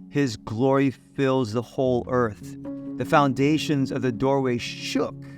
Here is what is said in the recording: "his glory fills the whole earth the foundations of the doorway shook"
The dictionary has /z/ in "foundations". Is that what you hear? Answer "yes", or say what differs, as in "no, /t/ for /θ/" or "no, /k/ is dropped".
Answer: yes